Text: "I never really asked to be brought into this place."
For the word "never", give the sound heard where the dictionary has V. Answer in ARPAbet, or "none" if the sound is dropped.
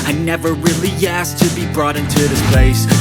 V